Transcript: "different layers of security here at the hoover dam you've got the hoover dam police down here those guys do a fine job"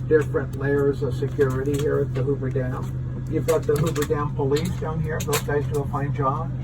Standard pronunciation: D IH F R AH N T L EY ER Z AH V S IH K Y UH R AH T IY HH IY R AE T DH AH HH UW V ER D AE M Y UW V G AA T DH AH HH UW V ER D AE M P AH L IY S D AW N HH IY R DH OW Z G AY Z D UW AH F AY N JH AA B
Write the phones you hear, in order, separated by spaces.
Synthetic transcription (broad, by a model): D IH F R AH N T L EY ER Z AH V S IH K Y UH R AH T IY HH IY R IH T DH AH HH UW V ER D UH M Y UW V G AA T DH AH HH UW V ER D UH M P AH L IY S D AW N HH IY R DH OW Z G AY Z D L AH F AY N JH AA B